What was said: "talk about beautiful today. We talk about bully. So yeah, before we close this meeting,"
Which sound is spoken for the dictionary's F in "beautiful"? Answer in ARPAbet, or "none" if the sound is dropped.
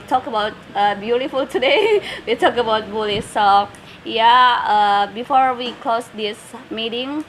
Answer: F